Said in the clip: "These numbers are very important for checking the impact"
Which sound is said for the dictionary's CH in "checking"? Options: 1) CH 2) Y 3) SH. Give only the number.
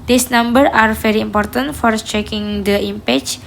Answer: 1